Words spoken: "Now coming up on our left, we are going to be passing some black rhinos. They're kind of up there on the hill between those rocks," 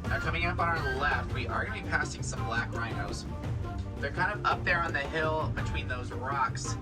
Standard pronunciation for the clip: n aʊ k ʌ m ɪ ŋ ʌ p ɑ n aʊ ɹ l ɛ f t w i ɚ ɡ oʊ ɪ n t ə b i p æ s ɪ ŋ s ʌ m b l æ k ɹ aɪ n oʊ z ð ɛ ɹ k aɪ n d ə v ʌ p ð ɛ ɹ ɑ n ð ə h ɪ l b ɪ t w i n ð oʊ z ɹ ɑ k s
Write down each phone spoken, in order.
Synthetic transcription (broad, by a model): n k ʌ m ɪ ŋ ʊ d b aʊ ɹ l ɛ f t w i ɚ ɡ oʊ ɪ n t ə b i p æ s ɪ ŋ s ʌ m b l æ k ɹ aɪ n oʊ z ð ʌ ɹ k aɪ n d ə v ʌ p ð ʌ ɹ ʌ n ð ə h ɪ l b ɪ t w i n ð oʊ z ɹ ɑ k s